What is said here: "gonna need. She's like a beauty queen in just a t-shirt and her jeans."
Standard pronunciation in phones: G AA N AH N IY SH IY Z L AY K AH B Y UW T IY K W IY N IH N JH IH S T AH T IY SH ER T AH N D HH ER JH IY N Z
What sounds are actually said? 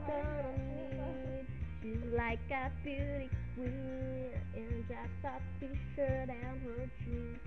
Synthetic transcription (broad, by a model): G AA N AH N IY SH IY Z L AY K AH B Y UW T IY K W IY IH N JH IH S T AH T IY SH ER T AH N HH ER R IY